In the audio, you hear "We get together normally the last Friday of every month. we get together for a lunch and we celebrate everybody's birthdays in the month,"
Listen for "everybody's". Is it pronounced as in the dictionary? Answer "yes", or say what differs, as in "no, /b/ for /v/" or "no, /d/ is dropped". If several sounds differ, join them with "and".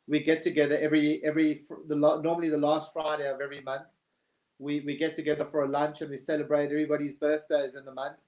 yes